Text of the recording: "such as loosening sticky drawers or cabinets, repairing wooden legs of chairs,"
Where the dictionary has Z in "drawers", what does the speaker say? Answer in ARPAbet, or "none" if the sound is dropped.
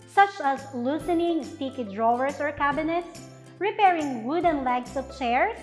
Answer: S